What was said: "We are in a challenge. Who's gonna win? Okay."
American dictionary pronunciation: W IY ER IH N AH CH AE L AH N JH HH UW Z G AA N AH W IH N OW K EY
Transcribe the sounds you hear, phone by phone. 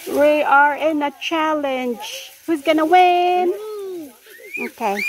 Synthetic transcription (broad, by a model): W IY ER IH N AH CH AE L AH N JH HH UW Z G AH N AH W IH N OW K EY